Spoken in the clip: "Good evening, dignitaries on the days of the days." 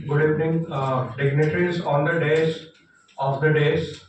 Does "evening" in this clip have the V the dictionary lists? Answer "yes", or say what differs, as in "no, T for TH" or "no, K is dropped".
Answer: no, P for V